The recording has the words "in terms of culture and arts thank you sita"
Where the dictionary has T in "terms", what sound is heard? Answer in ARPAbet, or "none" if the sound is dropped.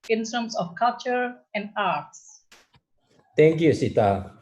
S